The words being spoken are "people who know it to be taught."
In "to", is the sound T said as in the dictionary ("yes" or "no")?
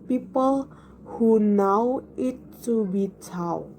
no